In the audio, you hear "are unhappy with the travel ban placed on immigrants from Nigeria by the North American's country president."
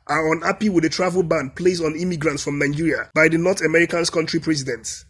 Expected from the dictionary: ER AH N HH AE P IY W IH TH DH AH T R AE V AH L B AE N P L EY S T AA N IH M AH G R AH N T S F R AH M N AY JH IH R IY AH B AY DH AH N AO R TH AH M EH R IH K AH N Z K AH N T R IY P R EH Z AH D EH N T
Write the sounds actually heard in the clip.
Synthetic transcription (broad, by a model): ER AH N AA P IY W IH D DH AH T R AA V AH L B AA N P L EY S AA N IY M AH G R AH N T S F R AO M N AY JH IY R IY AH B AY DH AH N AO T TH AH M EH R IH K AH N S K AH N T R IY P R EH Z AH D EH N T